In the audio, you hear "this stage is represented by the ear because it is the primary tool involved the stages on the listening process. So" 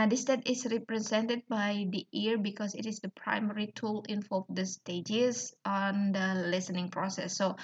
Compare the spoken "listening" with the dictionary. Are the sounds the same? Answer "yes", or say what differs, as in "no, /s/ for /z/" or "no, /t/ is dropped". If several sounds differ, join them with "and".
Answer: yes